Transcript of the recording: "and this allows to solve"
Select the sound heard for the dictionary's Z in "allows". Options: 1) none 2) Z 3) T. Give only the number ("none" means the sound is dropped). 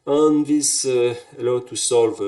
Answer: 1